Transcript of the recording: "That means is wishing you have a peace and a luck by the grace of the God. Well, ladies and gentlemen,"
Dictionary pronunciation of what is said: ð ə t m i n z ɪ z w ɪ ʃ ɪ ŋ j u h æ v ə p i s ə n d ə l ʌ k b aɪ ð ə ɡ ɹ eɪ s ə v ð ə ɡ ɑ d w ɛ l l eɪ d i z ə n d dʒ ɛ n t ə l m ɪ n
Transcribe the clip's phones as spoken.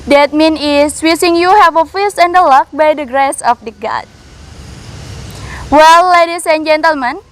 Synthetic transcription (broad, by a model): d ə t m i n ɪ s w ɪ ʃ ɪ ŋ j u h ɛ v ə f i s ə n d ə l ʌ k b aɪ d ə ɡ ɹ eɪ s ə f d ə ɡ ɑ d w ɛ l l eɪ d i s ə n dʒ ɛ n t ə l m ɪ n